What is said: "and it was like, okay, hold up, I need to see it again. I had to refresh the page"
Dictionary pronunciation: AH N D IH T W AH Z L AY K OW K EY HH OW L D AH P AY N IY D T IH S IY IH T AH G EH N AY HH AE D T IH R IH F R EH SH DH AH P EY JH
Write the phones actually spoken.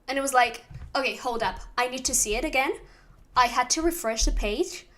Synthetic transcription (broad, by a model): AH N IH T W AH Z L AY K OW K EY HH OW L D AH P AY N IY D T IH S IY IH T AH G EH N AY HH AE D T IH R IH F R EH SH DH AH P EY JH